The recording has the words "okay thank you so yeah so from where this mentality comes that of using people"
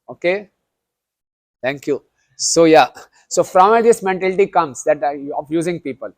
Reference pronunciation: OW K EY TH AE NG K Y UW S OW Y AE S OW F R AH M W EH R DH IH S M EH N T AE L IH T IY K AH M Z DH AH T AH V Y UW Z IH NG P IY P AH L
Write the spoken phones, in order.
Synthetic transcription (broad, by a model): OW K EY T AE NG K Y UW S OW Y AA S OW F R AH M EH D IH S M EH N T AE L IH T IY K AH M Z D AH T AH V Y UW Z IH NG P IY P AH L